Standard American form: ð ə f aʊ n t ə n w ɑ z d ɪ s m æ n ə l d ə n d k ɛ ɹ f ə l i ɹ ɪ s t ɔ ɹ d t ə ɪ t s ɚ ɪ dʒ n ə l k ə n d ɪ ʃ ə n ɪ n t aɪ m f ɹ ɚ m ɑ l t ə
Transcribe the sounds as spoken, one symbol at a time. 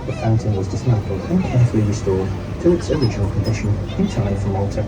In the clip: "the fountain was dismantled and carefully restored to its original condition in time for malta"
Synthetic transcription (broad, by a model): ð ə f aʊ n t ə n w ɑ z d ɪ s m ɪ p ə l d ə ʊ k ɛ ɹ f ə l i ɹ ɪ s t ɔ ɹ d t ə ɪ t s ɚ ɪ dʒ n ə l k ə n d ɪ ʃ ə n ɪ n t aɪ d f ɹ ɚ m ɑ l t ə